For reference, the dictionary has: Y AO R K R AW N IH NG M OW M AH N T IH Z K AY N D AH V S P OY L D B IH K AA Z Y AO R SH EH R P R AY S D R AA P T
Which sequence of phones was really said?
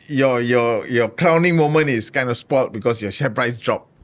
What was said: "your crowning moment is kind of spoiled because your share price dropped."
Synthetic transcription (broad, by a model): Y AO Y K R AW N IH NG M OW M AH N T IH S K AY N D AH S P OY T B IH K AA S Y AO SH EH P R AY S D R AA P